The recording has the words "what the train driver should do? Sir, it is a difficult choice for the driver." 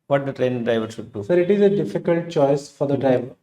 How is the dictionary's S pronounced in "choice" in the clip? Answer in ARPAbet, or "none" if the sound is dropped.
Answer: S